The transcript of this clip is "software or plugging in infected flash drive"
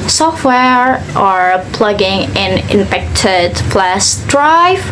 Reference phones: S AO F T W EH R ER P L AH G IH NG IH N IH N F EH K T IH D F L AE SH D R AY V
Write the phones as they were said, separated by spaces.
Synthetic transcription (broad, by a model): S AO F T W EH R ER P L AH G IH NG IH N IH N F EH K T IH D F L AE S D R AY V